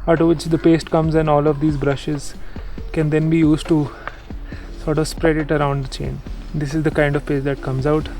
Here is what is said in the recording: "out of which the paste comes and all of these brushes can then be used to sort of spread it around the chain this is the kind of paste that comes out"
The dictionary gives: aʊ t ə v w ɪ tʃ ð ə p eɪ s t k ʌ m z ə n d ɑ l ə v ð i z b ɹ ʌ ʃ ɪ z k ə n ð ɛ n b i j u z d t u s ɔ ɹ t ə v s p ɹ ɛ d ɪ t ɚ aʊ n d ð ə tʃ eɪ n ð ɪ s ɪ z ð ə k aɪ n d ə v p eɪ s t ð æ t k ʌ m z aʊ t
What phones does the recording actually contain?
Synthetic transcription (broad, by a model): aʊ t ə v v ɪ tʃ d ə p eɪ s t k ʌ m z ə n d ɑ l ə v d i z b ɹ ʌ ʃ ɪ z k ə n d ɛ n b i j u z d t u s ɔ ɹ t ə v s p ɹ ɛ d ɪ t ɚ aʊ n d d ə tʃ eɪ n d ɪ s ɪ z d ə k aɪ n d ə v p eɪ s t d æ t k ʌ m z aʊ t